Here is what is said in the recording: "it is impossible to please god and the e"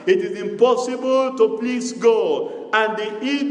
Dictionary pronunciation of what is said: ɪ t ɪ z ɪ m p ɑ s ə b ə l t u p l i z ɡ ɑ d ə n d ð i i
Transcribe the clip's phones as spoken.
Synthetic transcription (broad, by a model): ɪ t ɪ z ɪ m p ɑ s ə b ə l t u p l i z ɡ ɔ ə n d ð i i